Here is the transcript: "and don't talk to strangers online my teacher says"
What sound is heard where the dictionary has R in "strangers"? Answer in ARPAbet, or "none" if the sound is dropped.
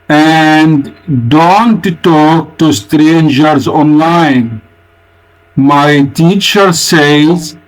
R